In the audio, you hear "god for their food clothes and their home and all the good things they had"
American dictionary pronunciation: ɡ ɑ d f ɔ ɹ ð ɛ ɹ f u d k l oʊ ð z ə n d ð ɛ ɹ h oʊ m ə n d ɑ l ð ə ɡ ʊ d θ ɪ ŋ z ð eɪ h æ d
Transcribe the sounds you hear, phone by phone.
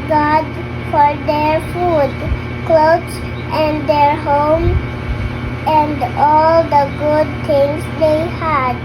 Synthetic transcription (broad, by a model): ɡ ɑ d f ɔ ɹ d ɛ ɹ f u d k l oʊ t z ə n d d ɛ ɹ h oʊ m ə n d ɑ l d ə ɡ ʊ d t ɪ ŋ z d eɪ h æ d